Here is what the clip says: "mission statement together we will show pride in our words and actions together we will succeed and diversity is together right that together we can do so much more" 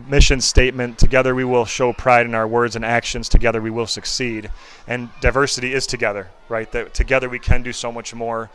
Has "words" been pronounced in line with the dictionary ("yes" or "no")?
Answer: yes